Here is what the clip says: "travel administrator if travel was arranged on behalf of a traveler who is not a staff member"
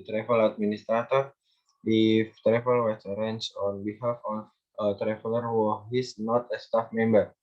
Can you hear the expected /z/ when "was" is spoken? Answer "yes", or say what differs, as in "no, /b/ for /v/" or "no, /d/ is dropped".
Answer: no, /s/ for /z/